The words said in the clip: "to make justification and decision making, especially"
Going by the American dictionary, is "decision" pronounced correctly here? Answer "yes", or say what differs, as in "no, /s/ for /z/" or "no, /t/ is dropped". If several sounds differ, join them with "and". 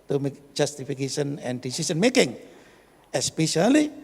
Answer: no, /s/ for /ʒ/